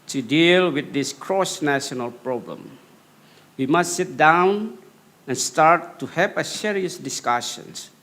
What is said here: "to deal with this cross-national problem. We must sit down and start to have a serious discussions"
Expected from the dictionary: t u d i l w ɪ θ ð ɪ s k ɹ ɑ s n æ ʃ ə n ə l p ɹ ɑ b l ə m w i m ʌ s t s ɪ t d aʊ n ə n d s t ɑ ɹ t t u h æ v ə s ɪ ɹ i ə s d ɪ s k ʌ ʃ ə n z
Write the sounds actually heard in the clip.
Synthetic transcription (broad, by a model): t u d i l w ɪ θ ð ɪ s k ɹ ɑ s n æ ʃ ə n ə l p ɹ ɑ b l ə m w i m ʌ s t s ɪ t d aʊ n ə n s t ɑ ɹ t t u h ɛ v ə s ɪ ɹ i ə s d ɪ s k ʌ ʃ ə n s